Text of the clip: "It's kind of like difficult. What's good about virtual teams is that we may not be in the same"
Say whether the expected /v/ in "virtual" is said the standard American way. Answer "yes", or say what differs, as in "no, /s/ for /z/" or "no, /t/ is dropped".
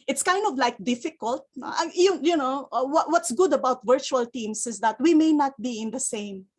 yes